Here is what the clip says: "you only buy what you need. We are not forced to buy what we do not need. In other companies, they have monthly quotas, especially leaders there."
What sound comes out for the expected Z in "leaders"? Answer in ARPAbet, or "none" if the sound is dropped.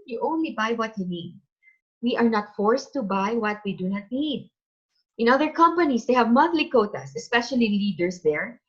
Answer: S